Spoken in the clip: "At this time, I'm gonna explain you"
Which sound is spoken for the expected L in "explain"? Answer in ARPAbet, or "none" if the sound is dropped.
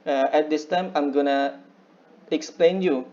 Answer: L